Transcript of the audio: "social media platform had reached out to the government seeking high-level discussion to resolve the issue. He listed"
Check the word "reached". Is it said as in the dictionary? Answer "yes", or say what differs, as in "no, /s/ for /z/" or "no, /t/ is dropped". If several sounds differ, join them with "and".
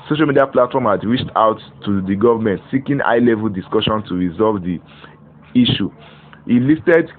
yes